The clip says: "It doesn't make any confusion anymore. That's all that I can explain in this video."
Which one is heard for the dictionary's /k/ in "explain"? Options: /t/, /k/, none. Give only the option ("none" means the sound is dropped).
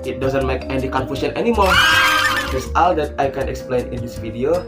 /k/